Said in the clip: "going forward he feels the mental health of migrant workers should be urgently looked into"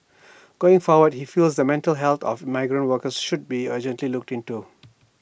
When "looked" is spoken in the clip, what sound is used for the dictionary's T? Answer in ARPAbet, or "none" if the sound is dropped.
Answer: T